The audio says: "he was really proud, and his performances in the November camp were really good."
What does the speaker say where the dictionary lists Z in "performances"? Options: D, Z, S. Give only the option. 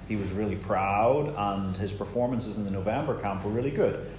Z